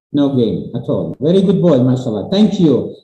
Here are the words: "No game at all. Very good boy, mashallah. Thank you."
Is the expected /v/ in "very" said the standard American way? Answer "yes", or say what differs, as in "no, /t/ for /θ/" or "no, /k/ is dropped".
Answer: yes